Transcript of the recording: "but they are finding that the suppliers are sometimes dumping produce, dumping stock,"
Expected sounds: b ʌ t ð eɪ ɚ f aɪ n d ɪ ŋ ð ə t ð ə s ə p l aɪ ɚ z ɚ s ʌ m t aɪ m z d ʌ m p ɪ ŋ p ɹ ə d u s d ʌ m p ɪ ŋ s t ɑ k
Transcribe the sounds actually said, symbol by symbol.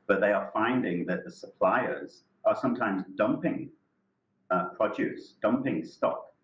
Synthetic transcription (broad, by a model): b ʌ t ð eɪ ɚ f aɪ n d ɪ ŋ ð ə t ð ə s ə p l aɪ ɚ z ɚ s ʌ m t aɪ m z d ʌ m p ɪ ŋ p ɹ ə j u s d ʌ m p ɪ ŋ s t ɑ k